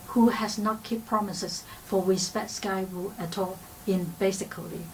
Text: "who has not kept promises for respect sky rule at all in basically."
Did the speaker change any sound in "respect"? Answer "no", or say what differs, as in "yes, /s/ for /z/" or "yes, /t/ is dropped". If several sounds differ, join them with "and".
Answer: yes, /w/ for /ɹ/ and /k/ is dropped